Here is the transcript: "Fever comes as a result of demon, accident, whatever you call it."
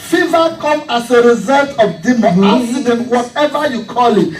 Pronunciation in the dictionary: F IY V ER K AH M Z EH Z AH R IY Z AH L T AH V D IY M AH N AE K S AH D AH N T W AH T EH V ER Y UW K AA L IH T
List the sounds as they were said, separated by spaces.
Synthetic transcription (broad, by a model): F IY V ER K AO M AA S AH R IY Z AH L T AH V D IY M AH AA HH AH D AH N W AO T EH V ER Y UW K AA L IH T